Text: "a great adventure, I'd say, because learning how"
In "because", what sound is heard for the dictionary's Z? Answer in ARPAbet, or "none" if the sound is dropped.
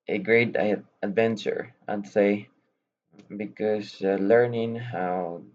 S